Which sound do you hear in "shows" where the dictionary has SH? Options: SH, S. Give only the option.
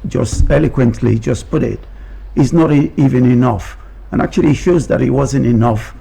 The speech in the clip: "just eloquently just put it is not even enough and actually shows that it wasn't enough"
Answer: SH